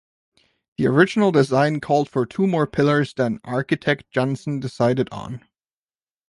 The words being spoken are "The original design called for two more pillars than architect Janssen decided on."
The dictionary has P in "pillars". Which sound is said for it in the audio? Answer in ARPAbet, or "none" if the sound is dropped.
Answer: P